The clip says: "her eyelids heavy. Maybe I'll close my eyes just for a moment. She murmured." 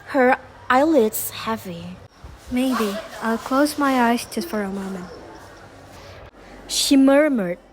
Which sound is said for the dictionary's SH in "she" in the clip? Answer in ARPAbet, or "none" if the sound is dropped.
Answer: SH